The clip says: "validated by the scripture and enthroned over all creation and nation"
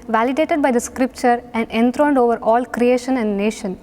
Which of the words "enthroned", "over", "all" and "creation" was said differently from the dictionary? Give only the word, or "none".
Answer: enthroned